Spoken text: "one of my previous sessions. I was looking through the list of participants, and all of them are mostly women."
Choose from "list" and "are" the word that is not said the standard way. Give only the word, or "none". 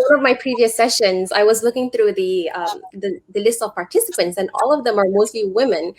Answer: none